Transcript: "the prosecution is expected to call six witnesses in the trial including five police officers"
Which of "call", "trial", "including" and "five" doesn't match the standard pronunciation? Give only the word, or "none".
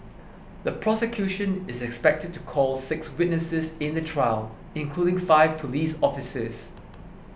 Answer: none